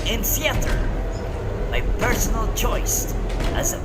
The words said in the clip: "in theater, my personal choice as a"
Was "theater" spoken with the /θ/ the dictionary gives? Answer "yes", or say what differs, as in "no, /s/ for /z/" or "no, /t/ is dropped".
no, /s/ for /θ/